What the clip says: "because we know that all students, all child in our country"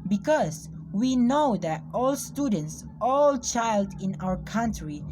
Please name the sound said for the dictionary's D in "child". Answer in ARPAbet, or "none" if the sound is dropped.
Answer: D